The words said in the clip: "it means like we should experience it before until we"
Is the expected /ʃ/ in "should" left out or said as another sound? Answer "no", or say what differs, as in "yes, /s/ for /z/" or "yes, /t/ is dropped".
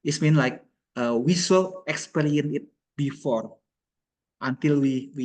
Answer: yes, /s/ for /ʃ/